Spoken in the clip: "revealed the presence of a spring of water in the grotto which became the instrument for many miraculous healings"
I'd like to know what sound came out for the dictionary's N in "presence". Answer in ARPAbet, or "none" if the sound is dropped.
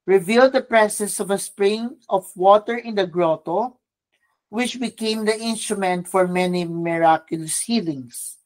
none